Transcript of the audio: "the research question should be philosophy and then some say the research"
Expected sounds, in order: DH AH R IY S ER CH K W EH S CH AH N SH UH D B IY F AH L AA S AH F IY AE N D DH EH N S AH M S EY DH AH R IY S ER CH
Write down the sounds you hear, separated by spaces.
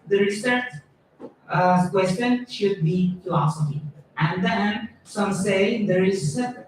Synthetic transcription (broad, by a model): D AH R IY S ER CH K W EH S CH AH N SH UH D B IY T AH AA S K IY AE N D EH N S AH M S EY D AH R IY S